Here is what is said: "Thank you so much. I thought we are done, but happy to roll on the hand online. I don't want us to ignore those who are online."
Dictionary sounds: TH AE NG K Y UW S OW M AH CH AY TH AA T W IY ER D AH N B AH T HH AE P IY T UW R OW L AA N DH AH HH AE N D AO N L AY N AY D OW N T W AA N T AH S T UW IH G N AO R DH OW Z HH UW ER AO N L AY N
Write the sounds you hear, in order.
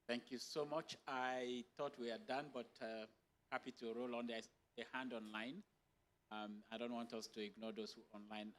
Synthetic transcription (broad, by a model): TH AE NG K Y UW S OW M AH CH AY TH AA T W IY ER D AH N B AH T HH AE P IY T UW R OW L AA N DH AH HH AE N D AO N L AY N AY D OW N T W AA N T AH S T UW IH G N AO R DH OW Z HH UW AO N L AY N